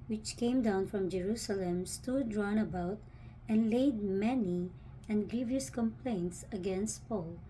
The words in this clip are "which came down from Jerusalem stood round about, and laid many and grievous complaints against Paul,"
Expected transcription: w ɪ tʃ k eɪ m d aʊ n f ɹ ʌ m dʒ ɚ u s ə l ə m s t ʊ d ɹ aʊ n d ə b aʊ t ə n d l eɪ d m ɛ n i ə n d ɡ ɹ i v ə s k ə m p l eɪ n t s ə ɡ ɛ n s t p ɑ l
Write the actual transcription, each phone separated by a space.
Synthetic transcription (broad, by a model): w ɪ tʃ k eɪ m d aʊ n f ɹ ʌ m dʒ ɚ u s ə l ə m s t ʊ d ɹ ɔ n ə b aʊ t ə n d l eɪ d m ɛ n i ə n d ɡ ɹ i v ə s k ə m p l eɪ n t s ə ɡ ɛ n s t p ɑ l